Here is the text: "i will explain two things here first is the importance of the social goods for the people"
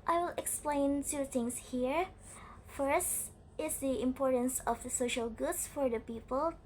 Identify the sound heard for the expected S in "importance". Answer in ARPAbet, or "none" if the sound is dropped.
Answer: S